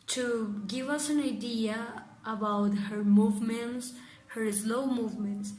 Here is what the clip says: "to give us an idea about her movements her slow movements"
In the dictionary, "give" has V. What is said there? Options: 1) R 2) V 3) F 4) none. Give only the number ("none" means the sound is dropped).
2